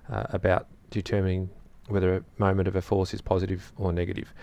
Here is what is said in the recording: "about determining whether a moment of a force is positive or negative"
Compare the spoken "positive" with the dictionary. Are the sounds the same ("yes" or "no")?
yes